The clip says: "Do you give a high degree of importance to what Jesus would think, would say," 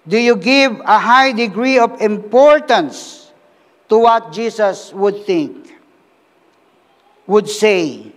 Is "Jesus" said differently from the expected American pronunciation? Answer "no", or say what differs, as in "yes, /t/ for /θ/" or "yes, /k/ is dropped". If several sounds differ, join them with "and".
yes, /s/ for /z/